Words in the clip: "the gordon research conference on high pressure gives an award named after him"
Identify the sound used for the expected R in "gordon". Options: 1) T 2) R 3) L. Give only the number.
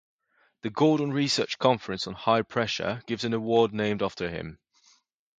3